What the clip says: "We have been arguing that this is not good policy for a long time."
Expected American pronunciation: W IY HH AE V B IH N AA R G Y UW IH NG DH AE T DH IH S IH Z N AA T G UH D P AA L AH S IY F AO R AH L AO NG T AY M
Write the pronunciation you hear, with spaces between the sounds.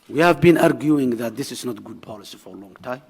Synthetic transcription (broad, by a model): W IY HH AE V B IH N AA R G Y UW IH NG DH AE T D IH S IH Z N AA T G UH D P AA L AH S IY F AO R AH L AO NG T AY M